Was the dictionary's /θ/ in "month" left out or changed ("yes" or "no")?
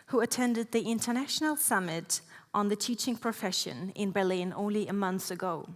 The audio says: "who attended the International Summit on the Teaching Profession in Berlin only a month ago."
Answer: no